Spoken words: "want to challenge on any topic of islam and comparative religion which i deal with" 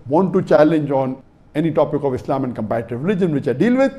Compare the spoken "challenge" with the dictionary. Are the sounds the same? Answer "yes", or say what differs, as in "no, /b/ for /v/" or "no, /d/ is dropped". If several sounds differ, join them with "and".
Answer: yes